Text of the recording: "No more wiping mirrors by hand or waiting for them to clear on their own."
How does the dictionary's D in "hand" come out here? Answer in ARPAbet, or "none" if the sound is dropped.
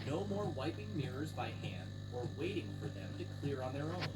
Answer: D